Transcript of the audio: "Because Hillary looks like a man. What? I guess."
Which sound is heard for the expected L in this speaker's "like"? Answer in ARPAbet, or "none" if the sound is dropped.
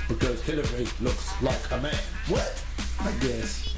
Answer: L